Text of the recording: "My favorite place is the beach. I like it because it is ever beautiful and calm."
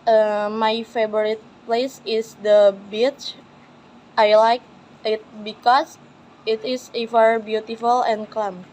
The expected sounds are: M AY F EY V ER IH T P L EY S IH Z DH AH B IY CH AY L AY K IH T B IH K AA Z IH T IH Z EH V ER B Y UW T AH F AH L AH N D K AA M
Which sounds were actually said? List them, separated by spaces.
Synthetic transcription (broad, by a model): M AY F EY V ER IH T P L EY S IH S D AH B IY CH AY L AY K IH T B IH K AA S IH T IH S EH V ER B Y UW T AH F AH L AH N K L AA M